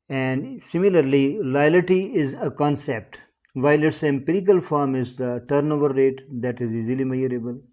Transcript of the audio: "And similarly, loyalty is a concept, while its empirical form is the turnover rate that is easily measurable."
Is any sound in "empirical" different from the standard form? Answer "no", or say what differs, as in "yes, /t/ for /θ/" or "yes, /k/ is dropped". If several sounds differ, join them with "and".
no